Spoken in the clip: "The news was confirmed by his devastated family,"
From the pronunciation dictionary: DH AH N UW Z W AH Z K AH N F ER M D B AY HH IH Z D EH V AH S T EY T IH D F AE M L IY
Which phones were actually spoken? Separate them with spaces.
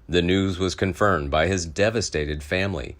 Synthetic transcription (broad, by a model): DH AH N UW Z W AH Z K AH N F ER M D B AY IH Z D EH V AH S T EY T IH D F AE M L IY